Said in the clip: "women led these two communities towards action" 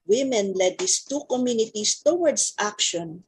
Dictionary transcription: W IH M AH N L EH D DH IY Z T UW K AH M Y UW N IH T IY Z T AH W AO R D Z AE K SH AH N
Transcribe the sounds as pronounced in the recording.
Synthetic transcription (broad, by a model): W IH M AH N L EH D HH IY S T UW K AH M Y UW N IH T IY S T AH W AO R D S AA K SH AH N